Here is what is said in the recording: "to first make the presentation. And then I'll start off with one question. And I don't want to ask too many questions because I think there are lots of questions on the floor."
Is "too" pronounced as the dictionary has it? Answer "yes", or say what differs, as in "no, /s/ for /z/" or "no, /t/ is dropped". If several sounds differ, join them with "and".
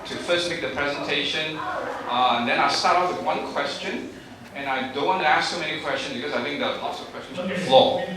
no, /s/ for /t/